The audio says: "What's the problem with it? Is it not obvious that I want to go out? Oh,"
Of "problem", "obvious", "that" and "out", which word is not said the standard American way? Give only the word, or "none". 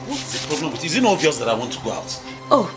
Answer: obvious